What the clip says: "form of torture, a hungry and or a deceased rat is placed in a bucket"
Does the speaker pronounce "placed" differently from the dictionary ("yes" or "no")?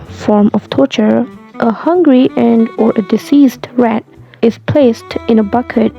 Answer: no